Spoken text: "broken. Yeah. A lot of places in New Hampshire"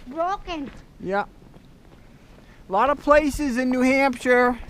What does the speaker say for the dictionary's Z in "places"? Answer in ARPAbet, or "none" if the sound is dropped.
Z